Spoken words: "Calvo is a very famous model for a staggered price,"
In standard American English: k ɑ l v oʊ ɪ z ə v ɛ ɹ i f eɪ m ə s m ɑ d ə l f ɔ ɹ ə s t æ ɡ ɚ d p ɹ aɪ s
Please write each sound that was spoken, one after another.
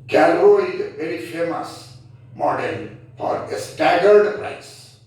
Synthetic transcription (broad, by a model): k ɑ l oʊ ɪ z ə v ɛ ɹ i f eɪ m ə s m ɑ d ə n f ɔ ɹ ə s t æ ɡ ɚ d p ɹ aɪ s